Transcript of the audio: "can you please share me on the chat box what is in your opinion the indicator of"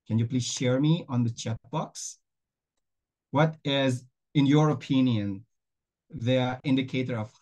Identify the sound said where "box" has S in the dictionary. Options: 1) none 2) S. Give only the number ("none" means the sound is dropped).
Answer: 2